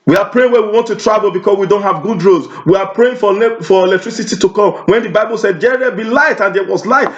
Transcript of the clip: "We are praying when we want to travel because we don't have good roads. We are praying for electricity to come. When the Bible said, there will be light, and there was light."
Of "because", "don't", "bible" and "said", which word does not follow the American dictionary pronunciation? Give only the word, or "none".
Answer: because